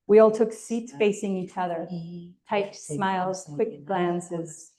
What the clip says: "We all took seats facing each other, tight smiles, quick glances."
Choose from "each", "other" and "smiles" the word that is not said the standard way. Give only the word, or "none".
none